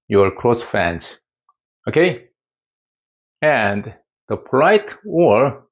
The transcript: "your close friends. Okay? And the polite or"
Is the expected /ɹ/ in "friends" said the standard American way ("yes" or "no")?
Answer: no